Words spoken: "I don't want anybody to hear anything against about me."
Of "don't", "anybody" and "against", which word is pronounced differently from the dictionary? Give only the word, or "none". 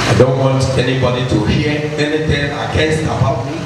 against